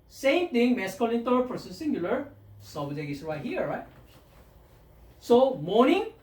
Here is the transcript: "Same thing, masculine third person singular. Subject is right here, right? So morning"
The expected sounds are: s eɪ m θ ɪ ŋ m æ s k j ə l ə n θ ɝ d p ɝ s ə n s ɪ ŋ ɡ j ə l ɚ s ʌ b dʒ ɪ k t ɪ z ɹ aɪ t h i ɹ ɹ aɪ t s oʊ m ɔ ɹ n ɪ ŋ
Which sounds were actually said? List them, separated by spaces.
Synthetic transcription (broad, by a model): s eɪ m t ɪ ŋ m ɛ s k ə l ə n t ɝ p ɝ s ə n s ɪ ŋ ɡ j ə l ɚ s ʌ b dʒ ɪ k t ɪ s ɹ aɪ t h i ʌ ɹ aɪ t s oʊ m ɔ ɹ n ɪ ŋ